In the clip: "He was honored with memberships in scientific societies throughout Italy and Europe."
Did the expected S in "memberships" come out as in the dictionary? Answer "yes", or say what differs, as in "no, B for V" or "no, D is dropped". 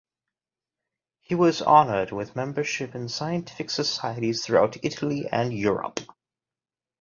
no, S is dropped